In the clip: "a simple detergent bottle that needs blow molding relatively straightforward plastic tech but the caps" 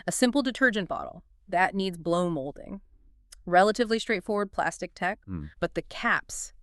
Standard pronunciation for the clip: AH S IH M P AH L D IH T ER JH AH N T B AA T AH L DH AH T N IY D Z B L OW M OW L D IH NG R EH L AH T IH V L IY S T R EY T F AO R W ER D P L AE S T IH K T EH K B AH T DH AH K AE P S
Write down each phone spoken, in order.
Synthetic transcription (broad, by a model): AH S IH M P L D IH T ER JH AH N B AA T L DH AH T N IY D Z B L OW M OW L D IH NG R EH L AH T IH V L IY S T R EY T F AO R W ER D P L AE S T IH K T EH K B AH T DH AH K AE P S